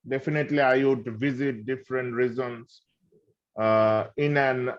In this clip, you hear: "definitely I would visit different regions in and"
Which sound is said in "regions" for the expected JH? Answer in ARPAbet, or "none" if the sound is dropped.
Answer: Z